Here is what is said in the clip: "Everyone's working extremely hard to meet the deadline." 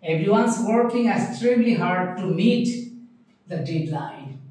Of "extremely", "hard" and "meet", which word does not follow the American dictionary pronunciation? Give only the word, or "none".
extremely